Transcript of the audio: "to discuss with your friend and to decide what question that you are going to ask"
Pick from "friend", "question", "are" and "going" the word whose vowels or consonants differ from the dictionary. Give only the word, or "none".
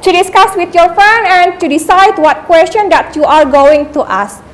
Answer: friend